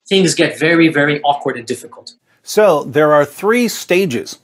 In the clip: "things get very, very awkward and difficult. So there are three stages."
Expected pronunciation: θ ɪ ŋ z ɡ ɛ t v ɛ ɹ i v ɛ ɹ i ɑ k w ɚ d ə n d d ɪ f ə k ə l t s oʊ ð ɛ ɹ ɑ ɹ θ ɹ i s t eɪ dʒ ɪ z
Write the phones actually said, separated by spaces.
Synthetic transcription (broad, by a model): θ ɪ ŋ z ɡ ɛ t v ɛ ɹ i v ɛ ɹ i ɑ k w ɚ d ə n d d ɪ f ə k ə l t s oʊ ð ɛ ɹ ɑ ɹ θ ɹ i s t eɪ dʒ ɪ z